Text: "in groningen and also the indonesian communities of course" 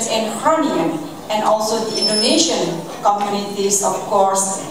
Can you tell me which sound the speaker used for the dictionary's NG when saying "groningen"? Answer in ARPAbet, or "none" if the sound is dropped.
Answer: none